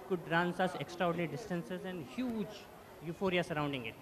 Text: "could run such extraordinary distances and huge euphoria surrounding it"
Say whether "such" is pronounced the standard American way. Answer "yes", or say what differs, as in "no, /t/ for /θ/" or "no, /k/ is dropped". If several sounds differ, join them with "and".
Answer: no, /s/ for /tʃ/